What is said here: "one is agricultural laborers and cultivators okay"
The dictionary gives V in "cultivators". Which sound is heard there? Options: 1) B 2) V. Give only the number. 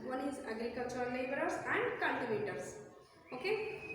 1